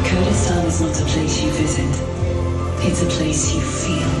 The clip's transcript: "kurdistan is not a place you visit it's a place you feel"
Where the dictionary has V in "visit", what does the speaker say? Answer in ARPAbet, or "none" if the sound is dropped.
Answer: V